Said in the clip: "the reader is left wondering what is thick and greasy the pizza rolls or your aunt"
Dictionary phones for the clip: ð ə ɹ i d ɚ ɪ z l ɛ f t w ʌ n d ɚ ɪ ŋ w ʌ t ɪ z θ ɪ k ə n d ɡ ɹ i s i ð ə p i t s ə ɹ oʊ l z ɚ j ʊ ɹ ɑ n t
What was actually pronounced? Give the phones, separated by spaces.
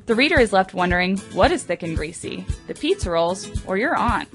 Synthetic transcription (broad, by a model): ð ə ɹ i d ɚ ɪ z l ɛ f t w ʌ n d ɚ ɪ ŋ w ʌ t ɪ z θ ɪ k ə n ɡ ɹ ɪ s i ð ə p i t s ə ɹ oʊ l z ɚ j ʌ ɹ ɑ n